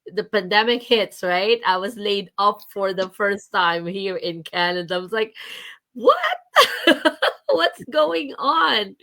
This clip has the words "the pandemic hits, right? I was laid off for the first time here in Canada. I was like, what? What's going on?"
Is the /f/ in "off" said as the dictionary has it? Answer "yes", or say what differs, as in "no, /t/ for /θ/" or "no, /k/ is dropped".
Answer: no, /p/ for /f/